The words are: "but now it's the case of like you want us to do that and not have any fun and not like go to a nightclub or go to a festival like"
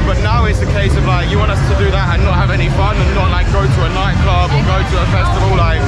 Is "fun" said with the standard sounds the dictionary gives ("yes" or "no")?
no